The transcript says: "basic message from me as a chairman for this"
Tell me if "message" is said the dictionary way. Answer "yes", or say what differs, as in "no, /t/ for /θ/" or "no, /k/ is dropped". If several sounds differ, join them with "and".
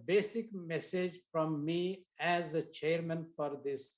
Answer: yes